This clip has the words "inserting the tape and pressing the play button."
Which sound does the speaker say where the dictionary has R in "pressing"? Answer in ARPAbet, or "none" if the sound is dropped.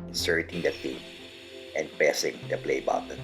none